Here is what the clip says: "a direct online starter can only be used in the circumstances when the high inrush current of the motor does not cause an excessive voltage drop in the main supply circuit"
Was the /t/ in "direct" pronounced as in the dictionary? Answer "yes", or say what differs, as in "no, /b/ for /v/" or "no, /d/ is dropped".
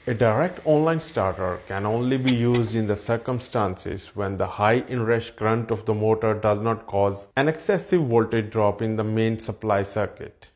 yes